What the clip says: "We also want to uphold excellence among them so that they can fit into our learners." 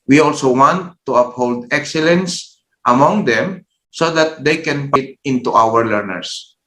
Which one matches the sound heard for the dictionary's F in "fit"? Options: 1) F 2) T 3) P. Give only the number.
3